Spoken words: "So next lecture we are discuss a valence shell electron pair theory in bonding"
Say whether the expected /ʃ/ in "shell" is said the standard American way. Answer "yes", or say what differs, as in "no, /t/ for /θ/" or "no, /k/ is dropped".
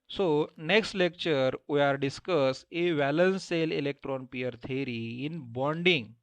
no, /s/ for /ʃ/